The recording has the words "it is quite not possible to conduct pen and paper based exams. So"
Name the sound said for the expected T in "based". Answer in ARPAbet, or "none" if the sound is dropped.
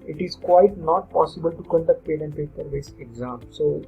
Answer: none